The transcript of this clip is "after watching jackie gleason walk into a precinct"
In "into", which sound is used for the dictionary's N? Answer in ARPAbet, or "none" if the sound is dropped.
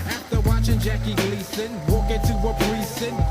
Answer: none